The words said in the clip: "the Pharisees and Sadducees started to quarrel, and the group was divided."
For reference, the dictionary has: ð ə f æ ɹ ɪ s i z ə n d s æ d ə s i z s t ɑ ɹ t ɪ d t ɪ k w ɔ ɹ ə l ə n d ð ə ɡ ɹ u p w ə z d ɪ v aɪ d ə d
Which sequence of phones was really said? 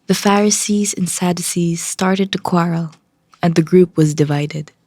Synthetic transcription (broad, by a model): ð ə f æ ɹ ɪ s i z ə n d s æ d ə s i z s t ɑ ɹ t ɪ d t ɪ k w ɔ ɹ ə l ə n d ð ə ɡ ɹ u p w ə z d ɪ v aɪ d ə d